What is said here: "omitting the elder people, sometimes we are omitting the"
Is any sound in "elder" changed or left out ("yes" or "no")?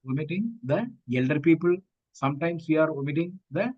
no